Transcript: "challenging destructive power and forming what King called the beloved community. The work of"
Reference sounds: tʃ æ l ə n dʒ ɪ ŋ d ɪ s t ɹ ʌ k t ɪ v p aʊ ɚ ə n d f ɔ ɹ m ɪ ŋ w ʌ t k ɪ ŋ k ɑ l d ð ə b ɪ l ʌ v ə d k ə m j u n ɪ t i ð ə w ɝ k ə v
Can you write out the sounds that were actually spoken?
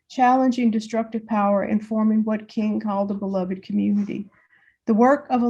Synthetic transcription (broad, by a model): tʃ æ l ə n dʒ ɪ ŋ d ɪ s t ɹ ʌ k t ɪ v p aʊ ɚ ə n f ɔ ɹ m ɪ ŋ w ʌ t k ɪ ŋ k ɑ l d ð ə b ɪ l ʌ v ə d k ə m j u n ɪ t i ð ə w ɝ k ə v